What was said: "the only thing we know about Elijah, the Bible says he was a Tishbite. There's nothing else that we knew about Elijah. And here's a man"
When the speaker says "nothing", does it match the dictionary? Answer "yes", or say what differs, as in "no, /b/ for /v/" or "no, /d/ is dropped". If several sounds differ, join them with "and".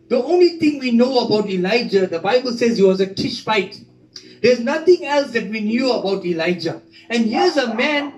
no, /t/ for /θ/